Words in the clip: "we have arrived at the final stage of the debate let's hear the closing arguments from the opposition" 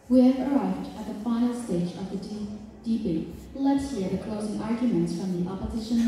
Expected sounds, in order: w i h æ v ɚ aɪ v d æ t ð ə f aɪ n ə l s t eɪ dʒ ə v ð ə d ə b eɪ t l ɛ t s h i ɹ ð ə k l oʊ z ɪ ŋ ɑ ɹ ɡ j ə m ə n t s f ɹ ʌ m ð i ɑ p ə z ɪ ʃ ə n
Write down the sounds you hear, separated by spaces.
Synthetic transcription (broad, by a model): w i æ v ɚ aɪ v d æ t ð ə f aɪ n l s t eɪ dʒ ə v ð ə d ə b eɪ l ɛ t s h i ɹ ð ə k l oʊ z ɪ ŋ ɑ ɹ ɡ j ə m ə n t s f ɹ ʌ m ð i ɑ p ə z ɪ ʃ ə n